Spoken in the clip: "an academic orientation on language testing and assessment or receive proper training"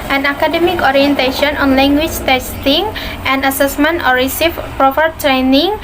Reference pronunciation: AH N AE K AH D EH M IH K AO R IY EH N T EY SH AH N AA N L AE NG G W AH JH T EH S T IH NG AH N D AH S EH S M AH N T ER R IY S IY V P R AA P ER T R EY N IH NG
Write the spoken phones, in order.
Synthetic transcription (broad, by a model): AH N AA K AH D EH M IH K AO R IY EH N T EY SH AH N AA N L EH NG G W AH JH T EH S T IH NG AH N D AH S EH S M AH N T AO R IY S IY F P R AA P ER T R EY N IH NG